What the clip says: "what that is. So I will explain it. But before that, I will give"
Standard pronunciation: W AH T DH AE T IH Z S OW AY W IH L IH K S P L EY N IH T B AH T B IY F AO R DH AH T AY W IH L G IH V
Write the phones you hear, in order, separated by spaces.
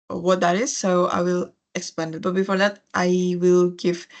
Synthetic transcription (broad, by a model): W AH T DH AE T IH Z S OW AY W IH L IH K S P EY N IH T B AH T B IY F AO R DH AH T AY W IH L G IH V